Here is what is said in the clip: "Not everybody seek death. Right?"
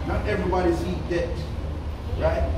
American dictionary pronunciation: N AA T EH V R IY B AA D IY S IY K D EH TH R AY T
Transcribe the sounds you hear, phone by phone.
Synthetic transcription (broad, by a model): N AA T EH V R IY B AA D IY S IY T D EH T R AY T